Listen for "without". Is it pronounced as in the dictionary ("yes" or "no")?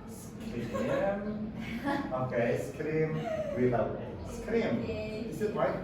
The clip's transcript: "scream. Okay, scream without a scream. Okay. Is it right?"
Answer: no